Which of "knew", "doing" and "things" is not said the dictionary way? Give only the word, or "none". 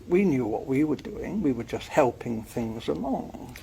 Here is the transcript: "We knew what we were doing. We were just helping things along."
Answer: none